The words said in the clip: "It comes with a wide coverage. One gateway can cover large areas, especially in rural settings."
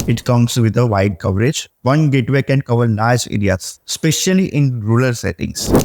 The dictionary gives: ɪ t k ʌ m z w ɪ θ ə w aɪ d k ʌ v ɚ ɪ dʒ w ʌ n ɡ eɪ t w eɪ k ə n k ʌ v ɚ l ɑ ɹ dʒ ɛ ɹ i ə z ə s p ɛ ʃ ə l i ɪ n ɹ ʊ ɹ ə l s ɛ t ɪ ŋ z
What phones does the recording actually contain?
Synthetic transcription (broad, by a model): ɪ t k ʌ m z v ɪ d ə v aɪ d k ʌ v ɚ ɪ dʒ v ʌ n ɡ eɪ t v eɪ k ə n k ʌ v ɚ n ɑ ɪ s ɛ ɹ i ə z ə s p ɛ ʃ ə l i ɪ n ɹ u l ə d s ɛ t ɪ ŋ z